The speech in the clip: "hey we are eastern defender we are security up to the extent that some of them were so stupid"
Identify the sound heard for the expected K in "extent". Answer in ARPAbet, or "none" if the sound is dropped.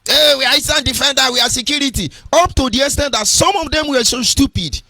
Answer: none